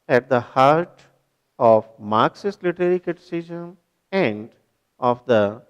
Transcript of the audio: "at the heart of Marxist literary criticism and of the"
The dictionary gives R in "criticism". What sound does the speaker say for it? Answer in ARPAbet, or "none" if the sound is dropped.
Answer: none